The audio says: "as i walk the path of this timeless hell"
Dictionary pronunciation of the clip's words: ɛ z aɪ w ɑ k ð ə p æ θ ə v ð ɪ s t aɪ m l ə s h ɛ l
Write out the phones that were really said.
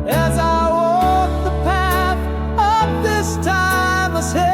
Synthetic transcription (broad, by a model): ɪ z aɪ w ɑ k ð ə p æ θ ə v ð ɪ s t aɪ m ə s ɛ